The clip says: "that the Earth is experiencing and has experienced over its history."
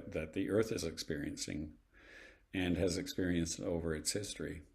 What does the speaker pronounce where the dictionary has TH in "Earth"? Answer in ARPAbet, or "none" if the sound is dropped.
TH